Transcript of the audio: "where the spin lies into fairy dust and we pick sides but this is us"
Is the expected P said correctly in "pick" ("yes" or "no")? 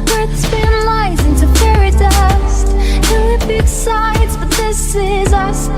no